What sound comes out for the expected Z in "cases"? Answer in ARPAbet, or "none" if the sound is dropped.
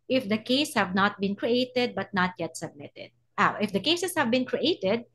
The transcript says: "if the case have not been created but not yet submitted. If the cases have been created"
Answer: S